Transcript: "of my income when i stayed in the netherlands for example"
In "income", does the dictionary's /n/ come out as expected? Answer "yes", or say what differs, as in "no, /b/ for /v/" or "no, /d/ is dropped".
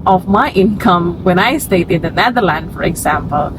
yes